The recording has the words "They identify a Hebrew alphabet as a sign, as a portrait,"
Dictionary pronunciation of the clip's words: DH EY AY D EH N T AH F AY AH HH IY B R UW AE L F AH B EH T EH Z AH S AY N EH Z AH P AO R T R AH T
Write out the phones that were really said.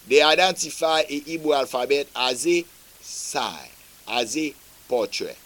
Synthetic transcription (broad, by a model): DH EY AY D EH N T AH F AY AH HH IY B UW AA L F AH B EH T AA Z AH S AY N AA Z AH P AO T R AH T